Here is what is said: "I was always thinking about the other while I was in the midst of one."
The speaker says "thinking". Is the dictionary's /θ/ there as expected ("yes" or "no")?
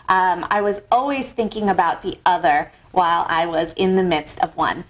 yes